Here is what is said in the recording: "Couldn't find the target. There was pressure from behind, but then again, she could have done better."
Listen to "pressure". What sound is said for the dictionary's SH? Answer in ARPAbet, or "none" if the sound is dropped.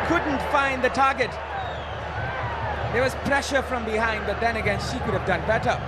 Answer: SH